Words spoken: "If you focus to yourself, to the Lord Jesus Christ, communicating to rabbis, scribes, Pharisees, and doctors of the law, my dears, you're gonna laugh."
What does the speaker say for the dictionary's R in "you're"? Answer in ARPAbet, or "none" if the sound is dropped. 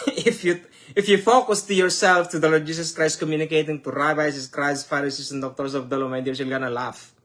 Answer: L